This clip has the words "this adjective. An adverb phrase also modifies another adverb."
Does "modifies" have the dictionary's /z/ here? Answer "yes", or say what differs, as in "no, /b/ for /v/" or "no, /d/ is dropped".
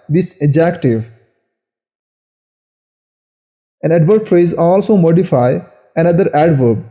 no, /z/ is dropped